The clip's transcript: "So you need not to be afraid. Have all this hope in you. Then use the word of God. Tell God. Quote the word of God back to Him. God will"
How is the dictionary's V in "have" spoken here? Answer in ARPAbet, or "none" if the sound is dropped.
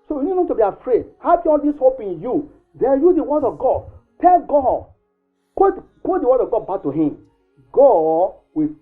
P